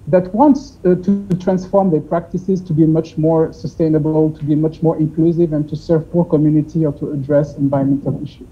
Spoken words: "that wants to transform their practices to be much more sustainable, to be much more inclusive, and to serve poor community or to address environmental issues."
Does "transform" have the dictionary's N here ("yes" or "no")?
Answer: yes